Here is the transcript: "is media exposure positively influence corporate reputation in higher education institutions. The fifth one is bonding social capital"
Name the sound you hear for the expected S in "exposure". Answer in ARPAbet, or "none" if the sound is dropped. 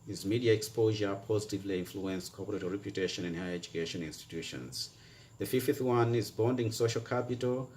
S